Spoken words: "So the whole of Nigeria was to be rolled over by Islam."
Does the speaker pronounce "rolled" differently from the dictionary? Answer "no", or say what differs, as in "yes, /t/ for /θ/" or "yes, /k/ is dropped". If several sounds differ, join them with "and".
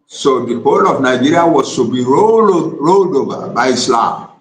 no